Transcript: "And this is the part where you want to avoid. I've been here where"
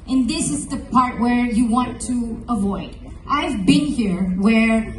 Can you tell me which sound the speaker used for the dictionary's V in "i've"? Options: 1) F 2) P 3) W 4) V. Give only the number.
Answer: 4